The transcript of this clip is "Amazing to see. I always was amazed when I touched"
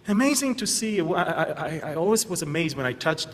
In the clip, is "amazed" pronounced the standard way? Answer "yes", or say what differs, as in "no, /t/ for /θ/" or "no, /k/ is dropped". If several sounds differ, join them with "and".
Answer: yes